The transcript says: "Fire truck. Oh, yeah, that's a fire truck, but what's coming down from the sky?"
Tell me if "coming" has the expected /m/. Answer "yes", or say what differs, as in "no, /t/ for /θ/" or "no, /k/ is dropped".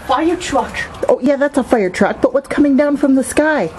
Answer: yes